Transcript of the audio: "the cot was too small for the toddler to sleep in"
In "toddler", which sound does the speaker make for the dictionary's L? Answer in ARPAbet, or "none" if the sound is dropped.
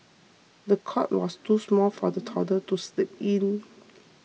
none